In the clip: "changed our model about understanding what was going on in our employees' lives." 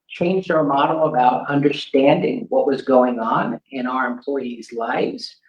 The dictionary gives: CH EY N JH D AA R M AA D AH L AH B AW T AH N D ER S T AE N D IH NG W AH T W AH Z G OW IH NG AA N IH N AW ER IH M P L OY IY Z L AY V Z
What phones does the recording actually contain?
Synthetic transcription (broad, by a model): CH EY N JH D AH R M AA D L AH B AW T AH N D ER S T AE N D IH NG W AH T W AH Z G OW IH NG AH N IH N AW ER IH M P L OY IY Z L AY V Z